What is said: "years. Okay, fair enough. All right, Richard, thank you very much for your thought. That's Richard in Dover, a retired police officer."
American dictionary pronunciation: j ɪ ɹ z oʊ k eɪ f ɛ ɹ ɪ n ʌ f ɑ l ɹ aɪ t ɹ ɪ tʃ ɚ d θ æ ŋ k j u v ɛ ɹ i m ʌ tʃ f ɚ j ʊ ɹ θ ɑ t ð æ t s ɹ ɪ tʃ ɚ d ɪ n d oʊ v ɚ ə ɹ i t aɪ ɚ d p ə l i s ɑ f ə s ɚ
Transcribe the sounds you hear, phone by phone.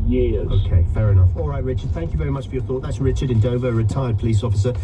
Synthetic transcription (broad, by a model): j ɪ oʊ k eɪ f ɛ ɹ ɪ n ʌ f ɑ l ɹ aɪ t ɹ ɪ tʃ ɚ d θ æ ŋ k j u v ɛ ɹ i m ʌ tʃ f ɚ j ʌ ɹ θ ɑ t ð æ t s ɹ ɪ tʃ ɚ d ɪ n d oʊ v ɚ ə ɹ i t aɪ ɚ d p ə l i s ɑ f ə s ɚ